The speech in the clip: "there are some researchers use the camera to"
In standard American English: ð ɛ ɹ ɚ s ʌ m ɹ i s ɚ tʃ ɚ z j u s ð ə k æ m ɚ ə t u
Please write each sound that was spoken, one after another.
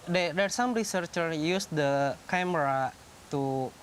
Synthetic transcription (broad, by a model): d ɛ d ɚ s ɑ m ɹ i s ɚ tʃ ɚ j u s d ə k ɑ m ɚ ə t u